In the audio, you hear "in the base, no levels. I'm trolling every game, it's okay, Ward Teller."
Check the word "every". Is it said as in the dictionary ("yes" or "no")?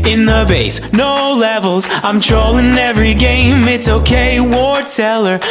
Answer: yes